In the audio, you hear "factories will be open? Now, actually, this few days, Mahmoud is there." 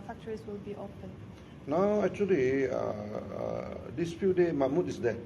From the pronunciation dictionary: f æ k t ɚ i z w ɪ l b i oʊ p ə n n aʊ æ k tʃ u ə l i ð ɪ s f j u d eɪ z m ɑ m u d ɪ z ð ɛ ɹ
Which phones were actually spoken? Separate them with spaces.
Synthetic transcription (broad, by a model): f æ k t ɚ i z w ɪ l b i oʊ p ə n n aʊ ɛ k tʃ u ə l i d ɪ s f j u d eɪ m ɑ m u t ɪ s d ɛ